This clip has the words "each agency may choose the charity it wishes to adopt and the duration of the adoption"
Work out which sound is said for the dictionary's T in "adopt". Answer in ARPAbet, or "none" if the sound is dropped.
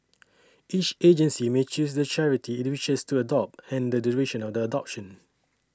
T